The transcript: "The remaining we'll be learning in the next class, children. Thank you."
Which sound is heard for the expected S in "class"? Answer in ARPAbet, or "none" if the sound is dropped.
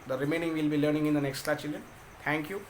none